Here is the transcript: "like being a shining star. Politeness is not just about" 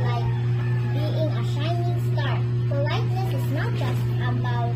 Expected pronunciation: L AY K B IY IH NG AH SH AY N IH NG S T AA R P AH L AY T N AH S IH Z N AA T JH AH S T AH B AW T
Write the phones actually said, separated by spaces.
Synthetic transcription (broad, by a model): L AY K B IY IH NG AH SH AY N IH NG S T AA R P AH L AY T L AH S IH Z N AA T JH AH S T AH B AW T